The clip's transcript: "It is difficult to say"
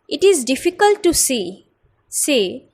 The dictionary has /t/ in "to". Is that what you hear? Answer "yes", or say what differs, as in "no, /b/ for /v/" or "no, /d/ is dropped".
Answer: no, /s/ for /t/